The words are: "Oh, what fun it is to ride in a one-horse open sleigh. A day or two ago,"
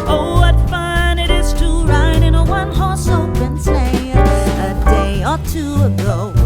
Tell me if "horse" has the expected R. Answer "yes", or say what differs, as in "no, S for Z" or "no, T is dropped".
yes